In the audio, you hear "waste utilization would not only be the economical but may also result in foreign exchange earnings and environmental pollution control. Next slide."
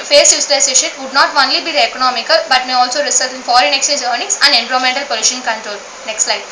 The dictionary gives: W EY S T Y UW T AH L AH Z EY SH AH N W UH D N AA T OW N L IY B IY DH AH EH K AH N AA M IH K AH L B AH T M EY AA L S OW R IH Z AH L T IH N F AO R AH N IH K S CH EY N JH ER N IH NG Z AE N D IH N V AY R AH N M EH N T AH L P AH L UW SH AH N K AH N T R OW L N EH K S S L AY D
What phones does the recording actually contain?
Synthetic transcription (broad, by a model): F EY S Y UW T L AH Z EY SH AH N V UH D N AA T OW N L IY B IY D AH EH K AH N AA M IH K AH L B AH T M EY AA L S OW R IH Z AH L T IH N F AO R AH N IH K S CH EY N JH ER N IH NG S AE N D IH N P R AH M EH N T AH L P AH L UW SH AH N K AH N T R OW L N EH K S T L AY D